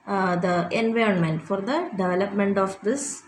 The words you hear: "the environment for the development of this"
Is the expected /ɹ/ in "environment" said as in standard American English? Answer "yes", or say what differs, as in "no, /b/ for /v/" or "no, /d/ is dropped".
yes